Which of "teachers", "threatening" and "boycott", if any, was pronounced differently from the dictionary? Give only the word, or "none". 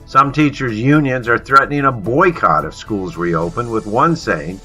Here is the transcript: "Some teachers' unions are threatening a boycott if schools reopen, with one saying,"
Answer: none